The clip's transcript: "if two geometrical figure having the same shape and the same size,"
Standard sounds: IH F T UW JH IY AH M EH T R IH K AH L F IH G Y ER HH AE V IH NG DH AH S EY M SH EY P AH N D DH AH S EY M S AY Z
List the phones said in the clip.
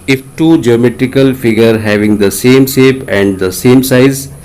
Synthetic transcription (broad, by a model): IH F T UW JH IY AH M EH T R IH K AH L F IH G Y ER HH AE V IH NG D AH S EY M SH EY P AH N D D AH S EY M S AY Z